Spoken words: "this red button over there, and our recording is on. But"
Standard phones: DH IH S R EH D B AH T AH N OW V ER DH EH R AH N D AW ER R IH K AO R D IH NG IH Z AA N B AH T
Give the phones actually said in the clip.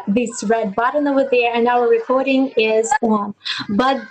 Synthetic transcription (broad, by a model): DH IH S R EH D B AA T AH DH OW ER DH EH R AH N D AW ER R IH K AO R D IH NG IH Z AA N B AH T